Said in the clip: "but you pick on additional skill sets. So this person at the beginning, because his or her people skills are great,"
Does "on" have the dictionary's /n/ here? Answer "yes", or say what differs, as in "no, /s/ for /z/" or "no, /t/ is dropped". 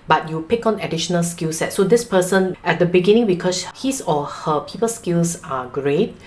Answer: yes